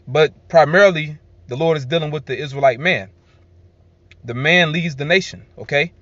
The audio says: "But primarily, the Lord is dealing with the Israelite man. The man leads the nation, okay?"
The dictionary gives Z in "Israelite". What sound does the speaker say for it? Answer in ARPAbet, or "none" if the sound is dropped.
Z